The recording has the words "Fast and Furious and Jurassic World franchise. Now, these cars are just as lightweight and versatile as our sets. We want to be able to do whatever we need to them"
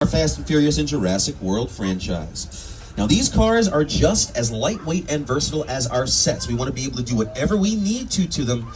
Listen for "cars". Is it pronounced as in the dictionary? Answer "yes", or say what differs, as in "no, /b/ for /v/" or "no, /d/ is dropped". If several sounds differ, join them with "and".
yes